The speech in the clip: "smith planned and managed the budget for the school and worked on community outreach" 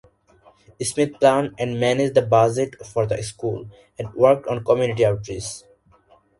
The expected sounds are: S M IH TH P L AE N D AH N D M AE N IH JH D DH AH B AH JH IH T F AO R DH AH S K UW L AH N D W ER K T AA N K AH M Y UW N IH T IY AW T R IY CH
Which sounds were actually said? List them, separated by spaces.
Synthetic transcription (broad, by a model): S M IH T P L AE N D AH N D M AE N IH JH D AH B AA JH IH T F AO R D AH S K UW L AH N D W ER K T AA N K AH M Y UW N IH T IY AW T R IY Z